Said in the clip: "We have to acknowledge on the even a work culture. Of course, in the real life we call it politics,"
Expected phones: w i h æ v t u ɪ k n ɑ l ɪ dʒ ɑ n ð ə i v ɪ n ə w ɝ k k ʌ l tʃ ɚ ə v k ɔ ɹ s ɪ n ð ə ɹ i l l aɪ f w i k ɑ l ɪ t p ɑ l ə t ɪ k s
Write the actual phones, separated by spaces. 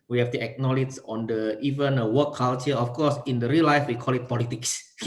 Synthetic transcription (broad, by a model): w i h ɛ f t u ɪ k n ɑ l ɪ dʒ ɑ n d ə i v ɪ n ə w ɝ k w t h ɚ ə f k ɔ s ɪ n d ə ɹ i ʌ l aɪ f w i k ɑ l ɪ t p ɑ l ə t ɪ k s